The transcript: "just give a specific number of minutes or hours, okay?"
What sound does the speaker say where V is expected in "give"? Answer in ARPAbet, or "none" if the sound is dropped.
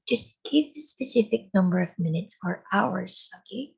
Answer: P